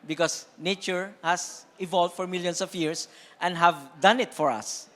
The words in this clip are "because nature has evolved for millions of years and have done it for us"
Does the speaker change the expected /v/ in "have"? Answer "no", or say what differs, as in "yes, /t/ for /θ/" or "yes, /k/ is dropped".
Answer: no